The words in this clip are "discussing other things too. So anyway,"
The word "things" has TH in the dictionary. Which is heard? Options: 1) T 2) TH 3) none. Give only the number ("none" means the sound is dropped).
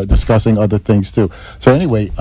2